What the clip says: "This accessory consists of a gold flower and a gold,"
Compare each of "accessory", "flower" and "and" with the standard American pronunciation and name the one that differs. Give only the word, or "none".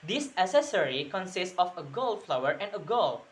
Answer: accessory